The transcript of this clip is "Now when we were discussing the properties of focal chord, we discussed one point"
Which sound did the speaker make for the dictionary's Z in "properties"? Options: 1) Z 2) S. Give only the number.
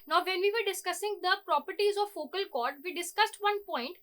1